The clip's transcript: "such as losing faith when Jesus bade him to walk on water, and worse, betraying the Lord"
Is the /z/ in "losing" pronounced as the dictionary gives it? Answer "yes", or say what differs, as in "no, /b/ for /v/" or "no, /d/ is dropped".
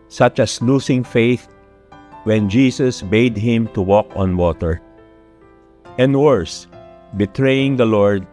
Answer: no, /s/ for /z/